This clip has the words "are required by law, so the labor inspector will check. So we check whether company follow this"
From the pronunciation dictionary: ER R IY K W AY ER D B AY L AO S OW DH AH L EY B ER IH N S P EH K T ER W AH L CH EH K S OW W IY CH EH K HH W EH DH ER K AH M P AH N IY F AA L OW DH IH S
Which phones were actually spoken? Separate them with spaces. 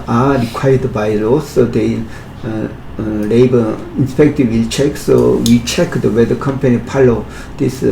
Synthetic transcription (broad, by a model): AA R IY K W AY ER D B AY L AO S OW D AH L EY B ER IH N S P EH K T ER W AH L CH EH K S OW W IY CH EH K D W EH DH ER K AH M P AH N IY P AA L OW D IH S